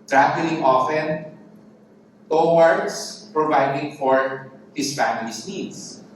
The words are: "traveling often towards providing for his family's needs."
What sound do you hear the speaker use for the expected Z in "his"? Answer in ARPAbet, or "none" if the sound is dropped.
S